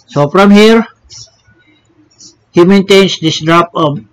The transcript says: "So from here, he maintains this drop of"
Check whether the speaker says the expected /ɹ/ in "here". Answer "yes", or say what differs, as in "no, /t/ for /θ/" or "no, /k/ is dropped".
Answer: yes